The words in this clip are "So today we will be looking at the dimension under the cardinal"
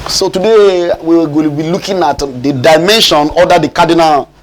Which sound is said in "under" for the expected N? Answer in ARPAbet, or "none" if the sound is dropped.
none